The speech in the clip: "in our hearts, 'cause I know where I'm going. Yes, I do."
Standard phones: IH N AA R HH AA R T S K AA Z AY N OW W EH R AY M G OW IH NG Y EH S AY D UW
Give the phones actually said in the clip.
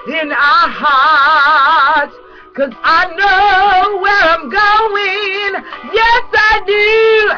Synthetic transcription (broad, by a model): IH N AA HH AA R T K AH Z AY N OW W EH R AY M G OW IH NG Y EH S AY D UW